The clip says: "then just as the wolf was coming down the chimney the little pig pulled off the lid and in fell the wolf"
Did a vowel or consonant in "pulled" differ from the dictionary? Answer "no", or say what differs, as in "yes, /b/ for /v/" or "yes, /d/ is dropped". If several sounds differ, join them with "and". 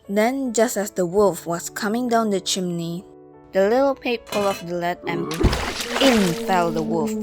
yes, /d/ is dropped